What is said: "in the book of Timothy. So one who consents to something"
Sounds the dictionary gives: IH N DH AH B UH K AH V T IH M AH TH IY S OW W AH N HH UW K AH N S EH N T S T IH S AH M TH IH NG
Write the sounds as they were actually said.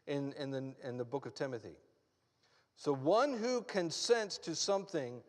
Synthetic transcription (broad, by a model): IH N DH AH B UH K AH V T IH M AH TH IY S OW W AH N HH UW K AH N S EH N T S T IH S AH M TH IH NG